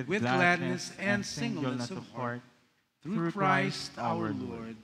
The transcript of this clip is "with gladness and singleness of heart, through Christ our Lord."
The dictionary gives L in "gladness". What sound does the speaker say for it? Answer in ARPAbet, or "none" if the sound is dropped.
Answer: L